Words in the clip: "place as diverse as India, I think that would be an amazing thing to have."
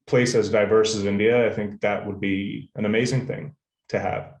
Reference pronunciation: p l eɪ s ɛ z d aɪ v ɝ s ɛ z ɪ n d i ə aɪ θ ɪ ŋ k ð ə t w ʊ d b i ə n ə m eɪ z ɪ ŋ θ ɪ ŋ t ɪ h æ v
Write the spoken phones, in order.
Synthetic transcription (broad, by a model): p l eɪ s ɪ z d aɪ v ɝ s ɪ z ɪ n d i ə aɪ θ ɪ ŋ k ð ə t w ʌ d b i ə n ə m eɪ z ɪ ŋ θ ɪ ŋ t ɪ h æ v